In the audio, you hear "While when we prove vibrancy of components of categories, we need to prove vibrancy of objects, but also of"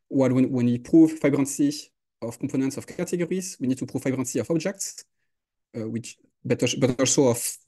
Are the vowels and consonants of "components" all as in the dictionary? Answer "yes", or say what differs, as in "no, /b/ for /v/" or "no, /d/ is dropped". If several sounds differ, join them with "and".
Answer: no, /m/ is dropped